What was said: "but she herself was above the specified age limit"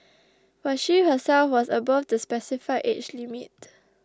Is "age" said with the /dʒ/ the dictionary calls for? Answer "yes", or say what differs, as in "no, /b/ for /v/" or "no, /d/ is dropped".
no, /tʃ/ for /dʒ/